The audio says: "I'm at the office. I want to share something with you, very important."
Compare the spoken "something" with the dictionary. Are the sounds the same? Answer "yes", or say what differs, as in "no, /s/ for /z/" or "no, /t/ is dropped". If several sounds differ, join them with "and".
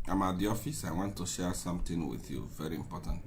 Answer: no, /t/ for /θ/